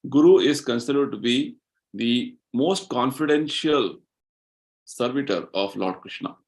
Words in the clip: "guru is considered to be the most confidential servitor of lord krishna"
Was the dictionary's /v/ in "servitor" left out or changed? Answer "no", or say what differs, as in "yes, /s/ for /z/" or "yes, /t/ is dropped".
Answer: no